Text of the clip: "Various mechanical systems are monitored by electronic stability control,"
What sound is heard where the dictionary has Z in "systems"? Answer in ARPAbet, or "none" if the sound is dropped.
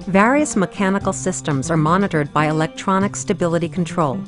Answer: Z